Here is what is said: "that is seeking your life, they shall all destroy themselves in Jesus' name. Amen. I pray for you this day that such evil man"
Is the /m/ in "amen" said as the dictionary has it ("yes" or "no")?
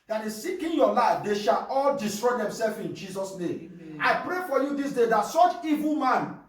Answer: no